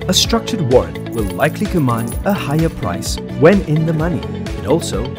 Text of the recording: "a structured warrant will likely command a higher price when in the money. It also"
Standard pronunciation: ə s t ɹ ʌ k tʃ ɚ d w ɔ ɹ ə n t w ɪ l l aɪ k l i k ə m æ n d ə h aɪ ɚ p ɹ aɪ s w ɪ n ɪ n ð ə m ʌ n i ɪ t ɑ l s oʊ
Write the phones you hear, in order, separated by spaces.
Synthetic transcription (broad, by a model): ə s t ɹ ʌ k tʃ ɚ d w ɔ ɹ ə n w ɪ l l aɪ k l i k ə m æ n d ə h aɪ ɚ p ɹ aɪ s w ɪ n ɪ n ð ə m ʌ n i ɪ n ɑ l s oʊ